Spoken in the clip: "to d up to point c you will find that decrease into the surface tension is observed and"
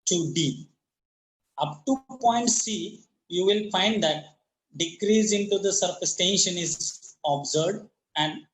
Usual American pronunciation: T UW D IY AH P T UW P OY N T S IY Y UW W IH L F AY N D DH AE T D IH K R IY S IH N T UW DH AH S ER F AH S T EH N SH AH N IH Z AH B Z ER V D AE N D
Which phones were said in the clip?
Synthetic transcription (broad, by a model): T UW D IY AH P T UW P OY N T S IY Y UW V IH L F AY N D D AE T D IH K R IY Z IH N T UW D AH S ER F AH S T EH N SH AH N IH Z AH B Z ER D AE N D